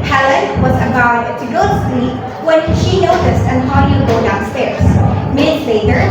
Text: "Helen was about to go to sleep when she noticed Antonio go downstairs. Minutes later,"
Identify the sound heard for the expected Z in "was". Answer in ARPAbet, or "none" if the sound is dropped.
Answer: Z